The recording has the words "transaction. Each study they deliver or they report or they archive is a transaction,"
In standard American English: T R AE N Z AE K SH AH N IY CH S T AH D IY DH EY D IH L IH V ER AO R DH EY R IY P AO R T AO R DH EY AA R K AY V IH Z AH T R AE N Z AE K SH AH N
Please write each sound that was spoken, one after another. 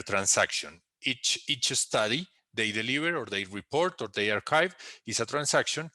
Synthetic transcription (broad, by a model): T R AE N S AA K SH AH N IY CH S T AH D IY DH EY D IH L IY B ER AO R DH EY R IY P AO R T AO R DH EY AA R K AY V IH S AH T R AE N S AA K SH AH N